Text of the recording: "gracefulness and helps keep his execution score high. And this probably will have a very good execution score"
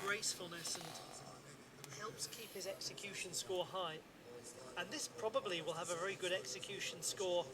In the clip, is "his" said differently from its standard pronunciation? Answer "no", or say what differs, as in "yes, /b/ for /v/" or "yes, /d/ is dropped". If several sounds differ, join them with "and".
no